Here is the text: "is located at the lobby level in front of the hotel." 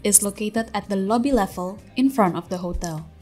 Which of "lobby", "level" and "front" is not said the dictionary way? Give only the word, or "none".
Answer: none